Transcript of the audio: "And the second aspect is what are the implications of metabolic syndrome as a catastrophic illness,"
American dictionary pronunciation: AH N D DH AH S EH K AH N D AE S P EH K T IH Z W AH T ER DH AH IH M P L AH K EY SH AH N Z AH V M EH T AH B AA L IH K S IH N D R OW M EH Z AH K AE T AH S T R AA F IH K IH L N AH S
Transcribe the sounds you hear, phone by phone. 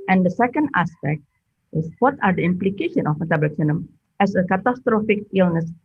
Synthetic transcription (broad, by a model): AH N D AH S EH K AH N D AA S P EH K T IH S W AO T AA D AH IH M P L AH K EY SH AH N AH F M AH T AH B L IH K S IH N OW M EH S AH K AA T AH S T R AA F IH K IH L N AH S